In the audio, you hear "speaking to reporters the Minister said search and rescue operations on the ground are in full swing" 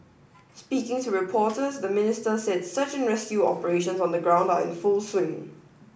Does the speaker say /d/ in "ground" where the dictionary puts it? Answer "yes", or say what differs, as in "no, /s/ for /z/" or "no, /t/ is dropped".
yes